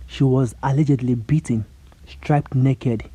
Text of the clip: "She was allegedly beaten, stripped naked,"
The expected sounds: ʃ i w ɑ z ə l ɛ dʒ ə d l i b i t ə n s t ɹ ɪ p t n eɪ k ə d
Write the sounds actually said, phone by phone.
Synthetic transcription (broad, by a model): ʃ i w ɑ z ə l ɛ dʒ ə d l i b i t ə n s t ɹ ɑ p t n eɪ k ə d